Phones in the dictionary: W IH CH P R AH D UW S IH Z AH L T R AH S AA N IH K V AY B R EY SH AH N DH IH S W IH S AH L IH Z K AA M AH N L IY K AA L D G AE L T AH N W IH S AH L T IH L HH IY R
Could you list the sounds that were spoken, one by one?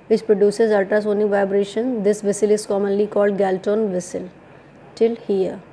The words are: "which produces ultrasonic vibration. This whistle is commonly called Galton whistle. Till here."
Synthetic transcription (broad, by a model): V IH CH P R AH D UW S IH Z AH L T AH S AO N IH V AY B R EY SH AH N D IH S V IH S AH L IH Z K AA M AH N L IY K AA L D G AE L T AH N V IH S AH L T IH L HH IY R